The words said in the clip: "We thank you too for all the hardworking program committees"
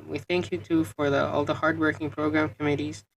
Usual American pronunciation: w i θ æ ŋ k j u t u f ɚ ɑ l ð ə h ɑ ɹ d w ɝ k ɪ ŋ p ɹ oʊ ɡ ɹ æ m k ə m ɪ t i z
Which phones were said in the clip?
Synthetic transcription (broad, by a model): w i θ æ ŋ k j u t u f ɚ ɑ l ð ə h ɑ ɹ d w ɝ k ɪ ŋ p ɹ oʊ ɡ ɹ æ m k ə m ɪ t i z